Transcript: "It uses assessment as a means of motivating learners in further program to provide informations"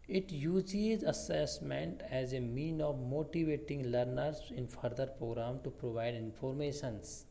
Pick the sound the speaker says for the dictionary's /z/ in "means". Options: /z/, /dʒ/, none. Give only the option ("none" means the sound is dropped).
none